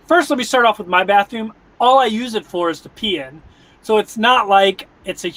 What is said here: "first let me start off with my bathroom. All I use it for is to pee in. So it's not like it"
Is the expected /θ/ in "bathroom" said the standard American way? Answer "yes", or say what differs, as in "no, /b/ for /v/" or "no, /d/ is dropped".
yes